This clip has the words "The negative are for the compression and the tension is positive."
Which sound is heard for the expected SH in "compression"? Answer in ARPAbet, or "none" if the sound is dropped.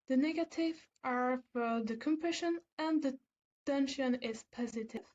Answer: SH